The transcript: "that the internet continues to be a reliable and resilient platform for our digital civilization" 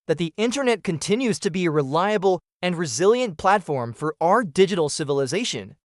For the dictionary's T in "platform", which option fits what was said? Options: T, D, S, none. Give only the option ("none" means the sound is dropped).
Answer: T